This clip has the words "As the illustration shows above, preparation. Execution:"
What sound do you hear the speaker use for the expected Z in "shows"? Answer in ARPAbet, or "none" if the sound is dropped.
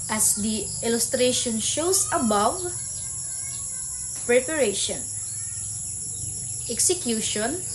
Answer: S